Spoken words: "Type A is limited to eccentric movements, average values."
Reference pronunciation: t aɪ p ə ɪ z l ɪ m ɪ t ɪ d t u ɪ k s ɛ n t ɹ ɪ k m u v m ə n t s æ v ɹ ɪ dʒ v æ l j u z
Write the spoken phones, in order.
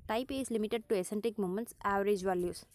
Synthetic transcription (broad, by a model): t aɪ p ə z l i m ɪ t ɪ d t u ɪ s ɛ n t ɪ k m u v m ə n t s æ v ɹ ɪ dʒ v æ l j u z